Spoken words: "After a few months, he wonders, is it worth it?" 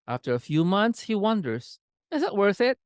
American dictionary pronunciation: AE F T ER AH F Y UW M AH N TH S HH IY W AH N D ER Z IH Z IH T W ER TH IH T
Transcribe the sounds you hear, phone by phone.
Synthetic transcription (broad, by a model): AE F T ER AH F Y UW M AH N TH S HH IY W AH N D ER Z IH Z IH T W ER TH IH T